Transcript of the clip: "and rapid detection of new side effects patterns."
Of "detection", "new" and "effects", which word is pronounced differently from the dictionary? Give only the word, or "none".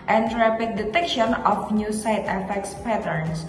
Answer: none